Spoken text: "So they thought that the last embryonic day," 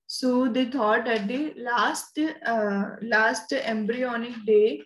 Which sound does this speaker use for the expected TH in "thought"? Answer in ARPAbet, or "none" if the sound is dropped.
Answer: T